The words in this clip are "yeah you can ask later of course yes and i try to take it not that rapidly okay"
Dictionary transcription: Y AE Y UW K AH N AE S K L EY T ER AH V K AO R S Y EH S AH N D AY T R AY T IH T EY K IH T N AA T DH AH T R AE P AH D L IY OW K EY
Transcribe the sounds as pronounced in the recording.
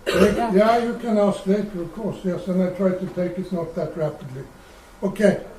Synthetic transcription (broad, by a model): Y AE Y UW K AH N AE S K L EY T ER AH V K AO R S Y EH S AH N AY T R AY T IH T EY K IH T N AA T DH AH T R AE P AH D L IY OW K EY